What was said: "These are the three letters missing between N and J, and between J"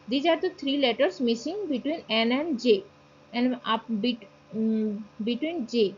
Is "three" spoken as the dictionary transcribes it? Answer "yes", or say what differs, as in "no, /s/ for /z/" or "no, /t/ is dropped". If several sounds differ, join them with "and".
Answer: no, /t/ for /θ/